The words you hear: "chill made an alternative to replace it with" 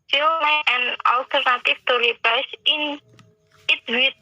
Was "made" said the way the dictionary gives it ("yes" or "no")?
no